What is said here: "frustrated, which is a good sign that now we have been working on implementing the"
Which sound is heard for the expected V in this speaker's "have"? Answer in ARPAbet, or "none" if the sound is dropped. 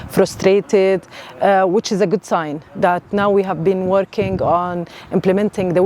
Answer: V